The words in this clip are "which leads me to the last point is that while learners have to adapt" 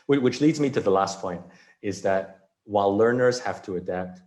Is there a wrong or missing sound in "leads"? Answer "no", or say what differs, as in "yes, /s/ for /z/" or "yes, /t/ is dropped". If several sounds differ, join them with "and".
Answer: no